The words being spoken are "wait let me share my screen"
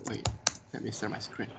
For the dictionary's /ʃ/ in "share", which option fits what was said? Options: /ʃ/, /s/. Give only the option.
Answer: /s/